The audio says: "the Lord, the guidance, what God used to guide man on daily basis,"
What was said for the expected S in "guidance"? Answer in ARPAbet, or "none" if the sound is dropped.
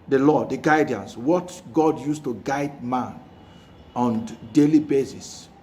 S